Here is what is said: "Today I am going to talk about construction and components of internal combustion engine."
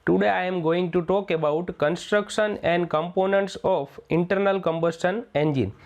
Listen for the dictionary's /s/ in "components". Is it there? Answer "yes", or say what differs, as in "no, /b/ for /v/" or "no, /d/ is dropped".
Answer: yes